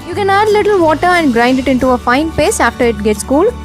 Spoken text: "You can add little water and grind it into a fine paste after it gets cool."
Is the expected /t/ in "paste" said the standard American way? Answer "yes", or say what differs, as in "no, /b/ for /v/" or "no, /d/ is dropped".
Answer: no, /t/ is dropped